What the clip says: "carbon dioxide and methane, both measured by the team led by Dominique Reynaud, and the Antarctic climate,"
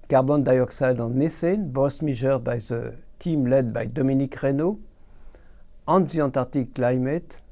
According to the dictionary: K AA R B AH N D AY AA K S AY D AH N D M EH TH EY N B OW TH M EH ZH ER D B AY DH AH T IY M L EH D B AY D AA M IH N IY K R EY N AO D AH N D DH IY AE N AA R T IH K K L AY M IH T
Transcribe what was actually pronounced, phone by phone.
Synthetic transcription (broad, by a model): K AA R B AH N D AY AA K S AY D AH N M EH S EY N B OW S M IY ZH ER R B AY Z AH T IY M L EH D B AY D AA M IH N IY K R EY N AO AH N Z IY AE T AA R T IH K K L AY M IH T